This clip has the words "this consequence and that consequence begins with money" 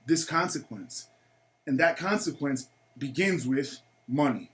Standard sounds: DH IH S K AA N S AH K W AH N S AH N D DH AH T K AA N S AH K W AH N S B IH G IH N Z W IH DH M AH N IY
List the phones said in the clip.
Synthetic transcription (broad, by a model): DH IH S K AA N S AH K W AH N S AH N DH AH T K AA N S AH K W AH N S B IH G IH N Z W IH DH M AH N IY